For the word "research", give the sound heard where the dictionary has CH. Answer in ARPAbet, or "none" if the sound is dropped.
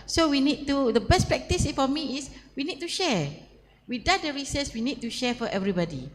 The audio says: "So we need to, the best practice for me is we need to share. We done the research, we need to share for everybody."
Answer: S